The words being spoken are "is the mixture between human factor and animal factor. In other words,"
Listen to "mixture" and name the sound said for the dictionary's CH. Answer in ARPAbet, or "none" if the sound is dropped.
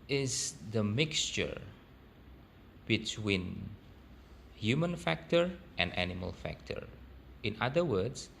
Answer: CH